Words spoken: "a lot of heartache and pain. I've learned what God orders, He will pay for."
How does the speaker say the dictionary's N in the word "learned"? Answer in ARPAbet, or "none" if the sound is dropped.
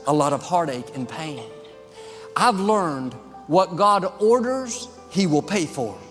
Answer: N